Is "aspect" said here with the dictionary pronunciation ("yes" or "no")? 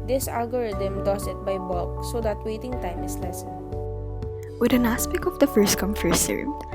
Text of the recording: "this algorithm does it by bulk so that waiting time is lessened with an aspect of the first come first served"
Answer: no